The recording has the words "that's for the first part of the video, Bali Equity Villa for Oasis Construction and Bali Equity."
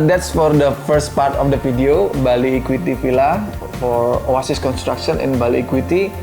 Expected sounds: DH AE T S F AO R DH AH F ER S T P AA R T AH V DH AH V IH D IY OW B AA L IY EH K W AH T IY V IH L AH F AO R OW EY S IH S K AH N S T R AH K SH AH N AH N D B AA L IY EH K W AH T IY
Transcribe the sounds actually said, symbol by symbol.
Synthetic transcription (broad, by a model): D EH T S F AO R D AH F ER S T P AA R T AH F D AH F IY D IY OW B AA L IY K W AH T IY F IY L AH F AO R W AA S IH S K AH N S T R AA K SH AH N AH N B AA L IY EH K W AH T IY